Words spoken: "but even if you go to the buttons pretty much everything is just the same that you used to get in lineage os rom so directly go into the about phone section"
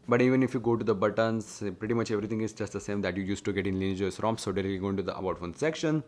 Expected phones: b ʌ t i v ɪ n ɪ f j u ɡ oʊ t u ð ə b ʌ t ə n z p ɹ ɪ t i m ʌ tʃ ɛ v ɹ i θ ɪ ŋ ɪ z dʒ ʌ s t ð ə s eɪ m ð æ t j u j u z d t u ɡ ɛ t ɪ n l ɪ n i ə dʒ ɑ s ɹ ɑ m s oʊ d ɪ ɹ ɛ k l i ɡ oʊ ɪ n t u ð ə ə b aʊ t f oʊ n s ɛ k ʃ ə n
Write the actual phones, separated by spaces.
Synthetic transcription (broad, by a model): b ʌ t i v ɪ n ɪ f j u ɡ oʊ t u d ə b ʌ t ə n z p ɹ ɪ t i m ʌ tʃ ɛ v ɹ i t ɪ ŋ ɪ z dʒ ʌ s t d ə s eɪ m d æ t j u j u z t u ɡ ɛ t ɪ n l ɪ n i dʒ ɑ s ɹ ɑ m s oʊ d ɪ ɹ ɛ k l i ɡ oʊ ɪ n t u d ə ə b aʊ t f oʊ n s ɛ k ʃ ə n